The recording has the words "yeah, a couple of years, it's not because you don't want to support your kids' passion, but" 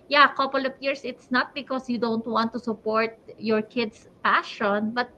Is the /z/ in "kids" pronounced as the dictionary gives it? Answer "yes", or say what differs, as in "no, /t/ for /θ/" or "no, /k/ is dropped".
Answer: no, /s/ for /z/